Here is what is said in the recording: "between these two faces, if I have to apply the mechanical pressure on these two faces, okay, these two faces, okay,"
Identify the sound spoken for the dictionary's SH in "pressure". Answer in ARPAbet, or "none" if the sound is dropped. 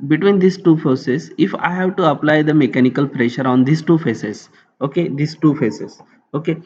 SH